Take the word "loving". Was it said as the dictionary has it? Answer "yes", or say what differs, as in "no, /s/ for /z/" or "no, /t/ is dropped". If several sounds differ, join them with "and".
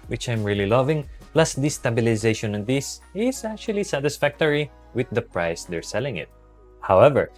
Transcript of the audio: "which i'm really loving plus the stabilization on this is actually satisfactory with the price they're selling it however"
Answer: yes